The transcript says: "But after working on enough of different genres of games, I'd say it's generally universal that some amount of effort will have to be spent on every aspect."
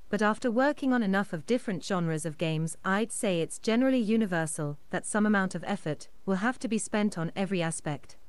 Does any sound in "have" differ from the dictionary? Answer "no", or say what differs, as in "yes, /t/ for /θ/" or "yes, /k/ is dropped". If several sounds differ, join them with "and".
yes, /f/ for /v/